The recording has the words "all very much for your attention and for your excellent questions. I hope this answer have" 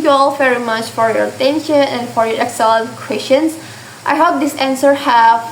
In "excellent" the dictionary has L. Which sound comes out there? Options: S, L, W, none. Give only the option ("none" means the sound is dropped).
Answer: none